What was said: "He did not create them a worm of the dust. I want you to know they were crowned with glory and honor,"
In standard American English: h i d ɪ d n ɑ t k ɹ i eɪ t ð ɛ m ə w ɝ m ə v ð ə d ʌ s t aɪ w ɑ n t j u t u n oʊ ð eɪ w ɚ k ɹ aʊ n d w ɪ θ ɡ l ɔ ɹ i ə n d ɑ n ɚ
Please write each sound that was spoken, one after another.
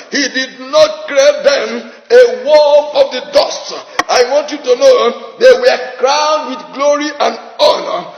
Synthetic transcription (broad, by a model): h i d ɪ d n ɑ t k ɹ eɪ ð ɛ m ə w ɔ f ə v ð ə d ʌ s t aɪ w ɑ n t j u t u n oʊ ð eɪ w ɚ k ɹ aʊ n d w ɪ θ ɡ l ɔ ɹ i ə n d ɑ n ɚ